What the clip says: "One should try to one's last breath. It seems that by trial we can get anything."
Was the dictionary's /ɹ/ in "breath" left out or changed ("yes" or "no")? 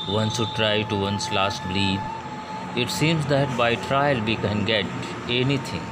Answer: yes